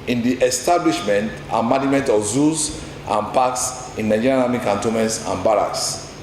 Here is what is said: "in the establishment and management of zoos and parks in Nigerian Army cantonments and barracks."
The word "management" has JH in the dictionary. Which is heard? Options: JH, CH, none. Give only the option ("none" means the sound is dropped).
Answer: none